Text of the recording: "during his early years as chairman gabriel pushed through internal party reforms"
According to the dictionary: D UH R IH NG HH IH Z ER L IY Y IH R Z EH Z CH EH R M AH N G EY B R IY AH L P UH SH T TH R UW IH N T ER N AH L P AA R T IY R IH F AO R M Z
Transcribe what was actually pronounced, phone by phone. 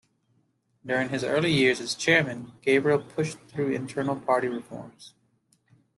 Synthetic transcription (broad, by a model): D UH R IH NG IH Z ER L IY Y IH R Z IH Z CH EH R M AH N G EY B R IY L P UH SH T TH R UW IH N T ER N L P AA R T IY R IH F AO R M Z